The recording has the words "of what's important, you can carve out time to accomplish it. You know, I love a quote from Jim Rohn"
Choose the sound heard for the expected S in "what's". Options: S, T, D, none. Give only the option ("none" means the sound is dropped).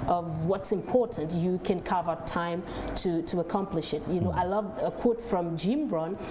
S